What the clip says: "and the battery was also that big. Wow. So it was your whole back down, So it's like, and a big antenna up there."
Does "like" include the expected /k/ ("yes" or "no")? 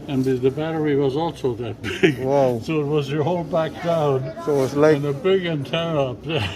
no